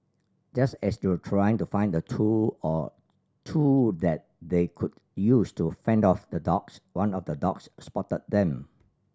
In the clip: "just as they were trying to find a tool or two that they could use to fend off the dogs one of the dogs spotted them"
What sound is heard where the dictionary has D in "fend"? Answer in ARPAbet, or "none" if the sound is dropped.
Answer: D